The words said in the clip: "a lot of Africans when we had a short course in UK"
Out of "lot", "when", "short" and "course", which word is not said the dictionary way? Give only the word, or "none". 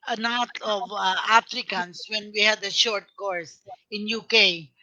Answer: lot